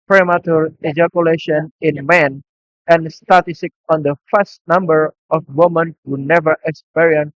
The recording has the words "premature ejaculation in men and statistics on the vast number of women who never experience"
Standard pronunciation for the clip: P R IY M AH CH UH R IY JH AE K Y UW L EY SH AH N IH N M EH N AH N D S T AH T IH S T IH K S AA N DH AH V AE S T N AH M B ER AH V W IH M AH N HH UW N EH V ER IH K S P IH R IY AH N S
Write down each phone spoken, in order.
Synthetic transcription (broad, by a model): P R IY M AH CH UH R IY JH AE K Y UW L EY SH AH N IH N M EH N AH N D S T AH T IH S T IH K AA N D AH F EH S T N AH M B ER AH F W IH M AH N HH UW N EH V ER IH K S P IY R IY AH N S